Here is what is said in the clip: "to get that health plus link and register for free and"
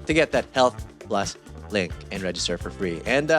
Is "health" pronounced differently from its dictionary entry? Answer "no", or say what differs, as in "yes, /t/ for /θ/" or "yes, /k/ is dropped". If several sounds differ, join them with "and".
no